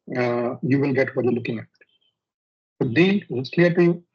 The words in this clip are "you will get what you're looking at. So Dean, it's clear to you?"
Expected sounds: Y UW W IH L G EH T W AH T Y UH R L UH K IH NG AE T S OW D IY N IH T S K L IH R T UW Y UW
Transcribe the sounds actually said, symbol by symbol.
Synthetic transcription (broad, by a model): Y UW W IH L G EH T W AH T Y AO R L UH K IH NG AE T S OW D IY L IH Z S K L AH R T UW Y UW